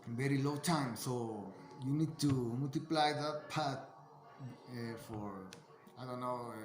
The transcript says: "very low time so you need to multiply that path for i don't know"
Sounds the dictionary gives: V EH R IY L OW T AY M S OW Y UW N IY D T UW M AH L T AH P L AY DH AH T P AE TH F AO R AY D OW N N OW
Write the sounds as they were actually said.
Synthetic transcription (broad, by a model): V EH R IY L OW T AY M S OW Y UW N IY D T UW M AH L T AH P L AY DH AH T P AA T F AO R AY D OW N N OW